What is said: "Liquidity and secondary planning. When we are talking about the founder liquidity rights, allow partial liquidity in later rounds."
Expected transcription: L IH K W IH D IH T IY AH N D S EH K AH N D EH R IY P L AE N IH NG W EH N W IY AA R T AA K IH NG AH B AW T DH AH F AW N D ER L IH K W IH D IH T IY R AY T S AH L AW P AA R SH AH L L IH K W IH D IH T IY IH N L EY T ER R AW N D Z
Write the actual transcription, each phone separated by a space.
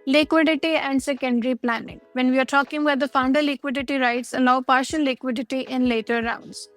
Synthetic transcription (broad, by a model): L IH K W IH D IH T IY AH N D S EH K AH N D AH R IY P L AE N IH NG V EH N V IY AA R T AA K IH NG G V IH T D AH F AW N D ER L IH K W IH D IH T IY R AY T S AH L AW P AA R SH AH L L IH K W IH D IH T IY IH N L EY T ER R AW N D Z